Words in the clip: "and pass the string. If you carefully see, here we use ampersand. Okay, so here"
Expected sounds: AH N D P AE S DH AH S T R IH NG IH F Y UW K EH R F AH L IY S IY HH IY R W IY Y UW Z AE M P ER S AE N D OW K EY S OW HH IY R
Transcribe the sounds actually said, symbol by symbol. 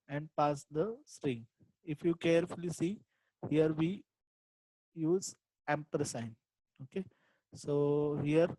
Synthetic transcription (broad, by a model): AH N D P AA S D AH S T R IH NG IH F Y UW K EH R F AH L IY S IY HH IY R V IY Y UW Z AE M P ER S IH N OW K EY S OW HH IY R